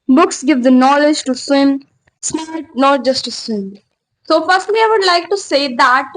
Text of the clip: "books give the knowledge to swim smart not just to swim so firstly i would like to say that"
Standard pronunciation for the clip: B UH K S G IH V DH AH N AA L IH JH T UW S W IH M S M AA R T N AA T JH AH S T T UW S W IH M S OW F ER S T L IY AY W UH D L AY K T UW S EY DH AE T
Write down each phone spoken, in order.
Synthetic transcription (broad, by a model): B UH K S G IH V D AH N AA L IH JH T UW S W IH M S M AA L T N AA T JH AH S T T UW S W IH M S OW F ER S T L IY AY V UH D L AY K T UW S EY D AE T